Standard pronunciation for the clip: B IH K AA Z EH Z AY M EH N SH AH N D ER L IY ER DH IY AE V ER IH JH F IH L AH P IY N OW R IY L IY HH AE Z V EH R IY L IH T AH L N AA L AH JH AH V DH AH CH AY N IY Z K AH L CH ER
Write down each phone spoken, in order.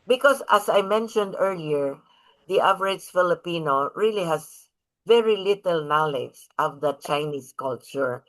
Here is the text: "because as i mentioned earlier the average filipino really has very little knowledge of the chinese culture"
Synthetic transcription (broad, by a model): B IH K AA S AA S AY M EH N SH AH N D ER L IY ER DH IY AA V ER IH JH F IH L AH P IY N OW R IY L IY HH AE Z V EH R IY L IH T AH L N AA L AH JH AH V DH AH CH AY N IY S K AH L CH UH